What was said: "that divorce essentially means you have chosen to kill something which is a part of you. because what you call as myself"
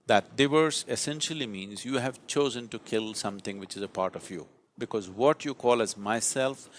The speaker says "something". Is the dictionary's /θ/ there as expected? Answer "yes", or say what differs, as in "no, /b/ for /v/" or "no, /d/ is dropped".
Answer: no, /t/ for /θ/